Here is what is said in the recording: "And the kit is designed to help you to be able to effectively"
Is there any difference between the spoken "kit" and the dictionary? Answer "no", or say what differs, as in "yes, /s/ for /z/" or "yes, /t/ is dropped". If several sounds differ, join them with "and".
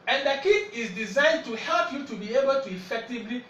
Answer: yes, /t/ is dropped